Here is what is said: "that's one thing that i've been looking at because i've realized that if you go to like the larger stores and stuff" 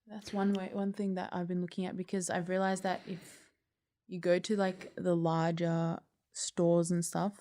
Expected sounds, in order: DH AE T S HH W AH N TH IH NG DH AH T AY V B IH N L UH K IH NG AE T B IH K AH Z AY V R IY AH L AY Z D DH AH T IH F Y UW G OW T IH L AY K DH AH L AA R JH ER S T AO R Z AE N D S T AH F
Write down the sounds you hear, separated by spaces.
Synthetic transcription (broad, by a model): DH AE T S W W AH N TH IH NG DH AH T AY V B IH N L UH K IH NG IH T B IH K AH Z AY V R IY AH L AY Z DH AH T IH F Y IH G OW T IH L AY K DH AH L AA R JH ER S T AO R Z N S T AH F